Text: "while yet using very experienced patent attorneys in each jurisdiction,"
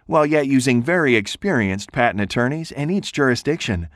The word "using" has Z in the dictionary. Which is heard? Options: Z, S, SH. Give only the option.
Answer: Z